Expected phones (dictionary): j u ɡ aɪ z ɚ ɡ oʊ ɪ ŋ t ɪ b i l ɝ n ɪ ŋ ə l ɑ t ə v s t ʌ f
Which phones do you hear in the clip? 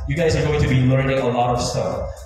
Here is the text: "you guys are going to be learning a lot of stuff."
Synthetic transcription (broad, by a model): j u ɡ aɪ z ɚ ɡ oʊ ɪ ŋ t ɪ b i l ɝ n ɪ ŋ ə l ɑ t ə v s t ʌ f